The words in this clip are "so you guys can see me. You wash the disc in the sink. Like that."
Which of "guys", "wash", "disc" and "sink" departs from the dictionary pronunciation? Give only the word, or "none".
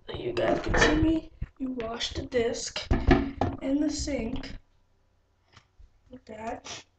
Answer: guys